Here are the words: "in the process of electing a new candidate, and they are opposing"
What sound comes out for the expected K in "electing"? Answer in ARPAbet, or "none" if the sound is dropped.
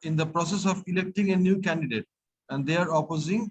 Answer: K